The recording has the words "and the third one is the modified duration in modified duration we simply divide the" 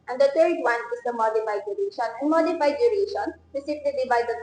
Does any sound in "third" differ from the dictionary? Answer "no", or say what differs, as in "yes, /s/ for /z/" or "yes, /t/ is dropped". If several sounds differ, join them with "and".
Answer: yes, /t/ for /θ/